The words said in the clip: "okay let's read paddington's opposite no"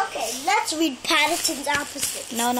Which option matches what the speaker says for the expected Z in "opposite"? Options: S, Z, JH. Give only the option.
S